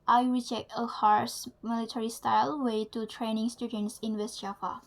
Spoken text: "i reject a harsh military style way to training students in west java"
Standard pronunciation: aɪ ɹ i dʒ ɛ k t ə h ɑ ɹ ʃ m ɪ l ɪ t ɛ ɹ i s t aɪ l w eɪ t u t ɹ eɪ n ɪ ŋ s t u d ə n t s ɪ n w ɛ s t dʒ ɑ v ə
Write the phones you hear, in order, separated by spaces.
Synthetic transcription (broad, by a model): aɪ ɹ i dʒ ɛ k t ə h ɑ ɹ s m ɪ l ɪ t ɛ ɹ i s t aɪ l w eɪ t u t ɹ eɪ n ɪ ŋ s t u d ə n t s ɪ n w ɛ s t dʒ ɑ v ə